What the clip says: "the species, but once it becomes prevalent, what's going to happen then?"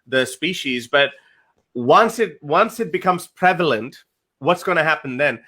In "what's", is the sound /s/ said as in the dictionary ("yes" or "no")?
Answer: yes